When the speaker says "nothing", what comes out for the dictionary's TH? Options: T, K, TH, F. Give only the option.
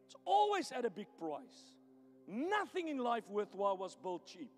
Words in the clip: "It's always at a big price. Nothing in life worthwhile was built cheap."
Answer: TH